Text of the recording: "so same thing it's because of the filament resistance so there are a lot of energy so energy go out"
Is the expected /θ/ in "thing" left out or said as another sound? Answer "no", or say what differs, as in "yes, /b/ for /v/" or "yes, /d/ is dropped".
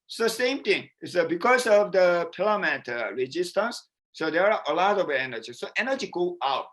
yes, /t/ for /θ/